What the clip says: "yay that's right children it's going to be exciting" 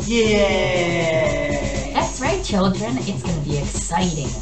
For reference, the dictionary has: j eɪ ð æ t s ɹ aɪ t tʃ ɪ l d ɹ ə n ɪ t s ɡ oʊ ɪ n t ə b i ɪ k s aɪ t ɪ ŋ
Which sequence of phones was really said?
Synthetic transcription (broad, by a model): j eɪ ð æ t θ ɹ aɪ tʃ ɪ l d ɹ ə n ɪ t s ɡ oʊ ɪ n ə b i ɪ k s aɪ t ɪ ŋ